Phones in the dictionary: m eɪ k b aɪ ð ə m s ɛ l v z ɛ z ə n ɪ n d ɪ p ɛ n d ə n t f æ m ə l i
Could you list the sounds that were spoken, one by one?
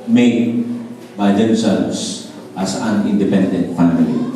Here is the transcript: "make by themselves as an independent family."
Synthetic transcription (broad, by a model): m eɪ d b aɪ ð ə m s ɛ l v s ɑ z ə n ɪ n d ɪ p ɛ n d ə n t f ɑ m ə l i